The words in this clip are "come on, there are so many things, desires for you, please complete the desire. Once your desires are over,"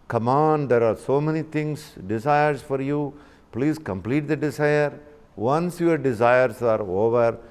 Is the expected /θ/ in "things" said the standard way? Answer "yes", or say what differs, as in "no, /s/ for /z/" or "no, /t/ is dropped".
no, /t/ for /θ/